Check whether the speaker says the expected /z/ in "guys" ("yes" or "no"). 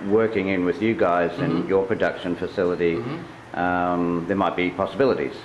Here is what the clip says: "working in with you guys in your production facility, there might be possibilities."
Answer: yes